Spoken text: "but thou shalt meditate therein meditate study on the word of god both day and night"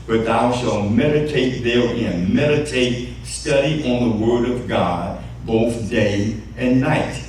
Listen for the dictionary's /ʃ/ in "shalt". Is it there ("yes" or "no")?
yes